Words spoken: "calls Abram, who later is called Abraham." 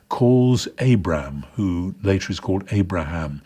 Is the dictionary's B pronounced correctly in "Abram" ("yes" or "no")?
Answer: yes